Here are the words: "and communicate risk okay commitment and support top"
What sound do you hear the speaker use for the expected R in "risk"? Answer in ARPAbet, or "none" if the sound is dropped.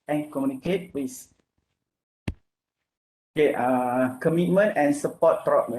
W